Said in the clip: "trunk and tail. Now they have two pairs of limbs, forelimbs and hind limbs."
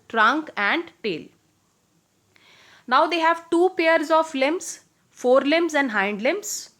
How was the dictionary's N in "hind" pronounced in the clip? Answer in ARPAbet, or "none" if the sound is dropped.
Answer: N